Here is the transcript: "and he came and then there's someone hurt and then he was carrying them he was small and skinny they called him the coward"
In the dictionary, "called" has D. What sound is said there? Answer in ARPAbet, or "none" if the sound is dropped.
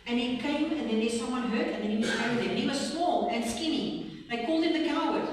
D